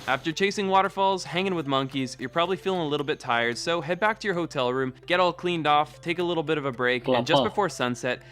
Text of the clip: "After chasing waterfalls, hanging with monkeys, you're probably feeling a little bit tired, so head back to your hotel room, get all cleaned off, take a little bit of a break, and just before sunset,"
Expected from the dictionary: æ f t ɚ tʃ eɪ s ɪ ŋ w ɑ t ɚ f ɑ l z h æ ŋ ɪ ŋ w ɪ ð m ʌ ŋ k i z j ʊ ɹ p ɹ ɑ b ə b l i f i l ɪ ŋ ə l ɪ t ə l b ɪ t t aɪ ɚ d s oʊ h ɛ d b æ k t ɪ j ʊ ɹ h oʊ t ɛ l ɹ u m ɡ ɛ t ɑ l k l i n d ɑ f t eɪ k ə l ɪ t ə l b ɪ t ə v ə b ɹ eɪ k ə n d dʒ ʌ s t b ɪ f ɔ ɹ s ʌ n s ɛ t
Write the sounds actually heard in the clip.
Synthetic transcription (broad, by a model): æ f t ɚ tʃ eɪ s ɪ ŋ w ɑ t ɚ f ɑ l z h æ ŋ ɪ ŋ w ɪ ð m ʌ ŋ k i z j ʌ ɹ p ɹ ɑ b ə b l i f i l ɪ ŋ ə l ɪ t l b ɪ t t aɪ ɚ d s oʊ h ɛ d b æ k t ɪ j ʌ ɹ h oʊ t ɛ l ɹ u m ɡ ɛ t ɑ l k l i n d ɑ f t eɪ k ə l ɪ t l b ɪ t ə v ə b ɹ eɪ k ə n dʒ ʌ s b ɪ f ɔ ɹ s ʌ n s ɛ t